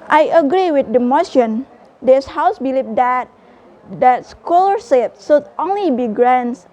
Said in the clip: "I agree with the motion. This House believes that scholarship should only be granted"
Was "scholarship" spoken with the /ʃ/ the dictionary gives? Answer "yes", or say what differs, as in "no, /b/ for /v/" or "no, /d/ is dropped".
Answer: no, /s/ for /ʃ/